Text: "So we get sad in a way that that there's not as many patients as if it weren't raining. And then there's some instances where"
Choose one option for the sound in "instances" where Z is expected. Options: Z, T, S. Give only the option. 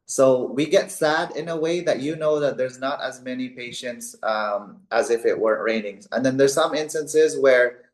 Z